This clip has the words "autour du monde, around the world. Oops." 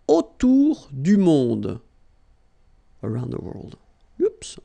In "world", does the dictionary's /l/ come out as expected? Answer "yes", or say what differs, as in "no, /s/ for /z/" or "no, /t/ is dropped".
yes